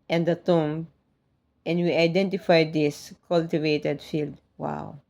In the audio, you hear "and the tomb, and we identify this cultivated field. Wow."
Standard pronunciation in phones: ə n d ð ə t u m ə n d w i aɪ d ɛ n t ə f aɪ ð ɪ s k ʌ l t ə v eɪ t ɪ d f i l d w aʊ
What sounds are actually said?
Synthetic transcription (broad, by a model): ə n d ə t u m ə n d w i aɪ d ɛ n t ə f aɪ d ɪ s k ʌ l t ə v eɪ t ɪ d f i l d w aʊ